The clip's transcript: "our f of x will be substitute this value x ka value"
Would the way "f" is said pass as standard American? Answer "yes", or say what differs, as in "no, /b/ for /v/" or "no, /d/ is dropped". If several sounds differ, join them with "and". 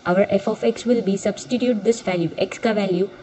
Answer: yes